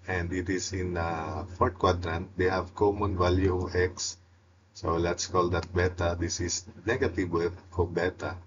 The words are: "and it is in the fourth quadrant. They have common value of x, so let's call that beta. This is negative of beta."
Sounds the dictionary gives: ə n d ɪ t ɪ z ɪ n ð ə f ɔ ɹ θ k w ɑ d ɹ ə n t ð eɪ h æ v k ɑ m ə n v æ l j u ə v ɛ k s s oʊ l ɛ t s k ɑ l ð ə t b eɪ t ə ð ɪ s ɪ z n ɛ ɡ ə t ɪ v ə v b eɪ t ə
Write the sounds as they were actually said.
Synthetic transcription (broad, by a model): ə n d ɪ t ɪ s ɪ n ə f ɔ ɹ t k w ɑ d ɹ ə n t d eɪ h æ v k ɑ m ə n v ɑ l j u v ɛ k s s oʊ l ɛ t s k ɑ l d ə t b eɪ t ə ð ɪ s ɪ s n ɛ ɡ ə t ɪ w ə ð b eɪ t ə